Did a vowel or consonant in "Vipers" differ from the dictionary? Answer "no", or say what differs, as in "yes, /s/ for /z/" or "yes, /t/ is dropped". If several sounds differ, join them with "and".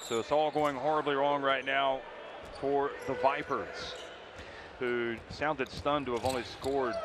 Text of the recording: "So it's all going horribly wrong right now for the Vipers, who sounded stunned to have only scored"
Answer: no